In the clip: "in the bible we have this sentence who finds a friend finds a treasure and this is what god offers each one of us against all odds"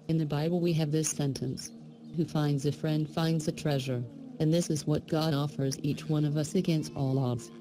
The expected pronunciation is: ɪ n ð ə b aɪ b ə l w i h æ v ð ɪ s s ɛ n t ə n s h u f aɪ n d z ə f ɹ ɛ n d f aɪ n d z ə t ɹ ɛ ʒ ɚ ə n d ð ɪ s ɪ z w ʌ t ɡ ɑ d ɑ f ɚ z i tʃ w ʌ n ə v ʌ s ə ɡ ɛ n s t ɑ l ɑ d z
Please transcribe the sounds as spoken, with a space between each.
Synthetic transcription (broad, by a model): ɪ n ð ə b aɪ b l w i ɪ v ð ɪ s s ɛ n t ə n s h u f aɪ n d z ə f ɹ ɛ n d f aɪ n d z ə t ɹ ɛ ʒ ɚ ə n ð ɪ s ɪ z w ʌ t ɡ ɑ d ɑ f ɚ z i tʃ w ʌ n ə v ʌ s ə ɡ ɛ n s t ɑ l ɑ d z